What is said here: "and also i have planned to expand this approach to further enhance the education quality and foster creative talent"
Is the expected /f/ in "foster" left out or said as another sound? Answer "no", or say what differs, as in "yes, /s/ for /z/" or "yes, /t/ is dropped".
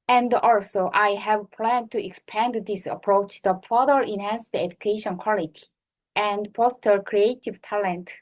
yes, /p/ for /f/